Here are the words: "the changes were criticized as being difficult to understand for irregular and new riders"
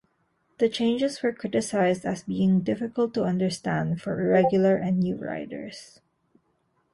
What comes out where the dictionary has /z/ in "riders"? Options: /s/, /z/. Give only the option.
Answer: /s/